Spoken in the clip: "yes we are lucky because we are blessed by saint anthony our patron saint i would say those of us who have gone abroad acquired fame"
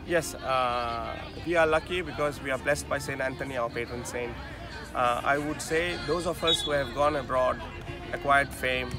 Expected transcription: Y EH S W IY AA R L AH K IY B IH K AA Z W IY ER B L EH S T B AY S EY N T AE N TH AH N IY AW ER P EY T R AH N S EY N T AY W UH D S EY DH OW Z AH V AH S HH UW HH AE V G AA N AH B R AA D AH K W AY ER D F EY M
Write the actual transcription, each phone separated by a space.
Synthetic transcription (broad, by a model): Y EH S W IY AA R L AH K IY B IH K AA Z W IY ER B L EH S T B AY S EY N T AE N T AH N IY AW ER P EY T R AH N S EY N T AY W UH D S EY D OW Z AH F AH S HH UW HH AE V G AA N AH B R AA D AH K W AY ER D F EY M